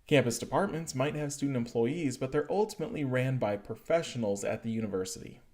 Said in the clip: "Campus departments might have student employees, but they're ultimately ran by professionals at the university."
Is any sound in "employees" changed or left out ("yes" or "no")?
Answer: no